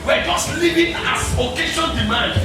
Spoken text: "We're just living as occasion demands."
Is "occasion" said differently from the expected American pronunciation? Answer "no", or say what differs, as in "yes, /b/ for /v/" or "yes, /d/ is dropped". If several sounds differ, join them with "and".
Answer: yes, /ʃ/ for /ʒ/